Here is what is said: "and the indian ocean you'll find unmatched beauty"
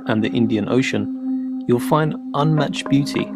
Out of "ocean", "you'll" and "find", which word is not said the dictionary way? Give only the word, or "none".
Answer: none